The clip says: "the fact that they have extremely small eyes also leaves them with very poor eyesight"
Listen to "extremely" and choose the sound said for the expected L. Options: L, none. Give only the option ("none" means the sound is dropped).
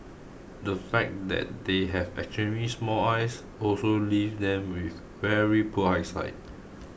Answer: none